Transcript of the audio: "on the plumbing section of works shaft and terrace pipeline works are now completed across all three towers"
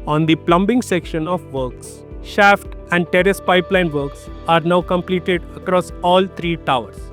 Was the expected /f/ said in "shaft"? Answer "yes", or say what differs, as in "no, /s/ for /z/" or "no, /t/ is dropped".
yes